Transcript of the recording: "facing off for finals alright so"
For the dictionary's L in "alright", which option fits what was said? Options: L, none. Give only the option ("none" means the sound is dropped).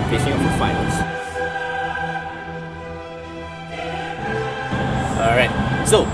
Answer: none